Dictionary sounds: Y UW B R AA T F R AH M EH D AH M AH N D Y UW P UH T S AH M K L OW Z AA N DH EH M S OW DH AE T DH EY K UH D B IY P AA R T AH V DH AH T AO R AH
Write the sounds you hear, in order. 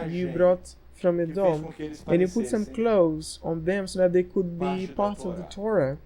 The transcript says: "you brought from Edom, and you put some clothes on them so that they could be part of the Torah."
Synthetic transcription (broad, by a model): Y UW B R AA T F R AH M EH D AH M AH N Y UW P UH T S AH M K L OW Z AA N DH EH M S OW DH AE T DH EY K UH D B IY P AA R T AH V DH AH T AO R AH